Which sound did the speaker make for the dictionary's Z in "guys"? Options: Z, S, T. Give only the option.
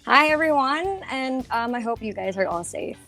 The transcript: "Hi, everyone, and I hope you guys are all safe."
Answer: Z